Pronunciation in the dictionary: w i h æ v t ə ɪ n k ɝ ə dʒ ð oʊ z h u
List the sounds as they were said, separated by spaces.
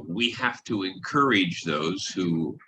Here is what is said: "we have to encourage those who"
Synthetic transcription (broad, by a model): w i h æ f t ə ɪ n k ɝ ə dʒ ð oʊ z h u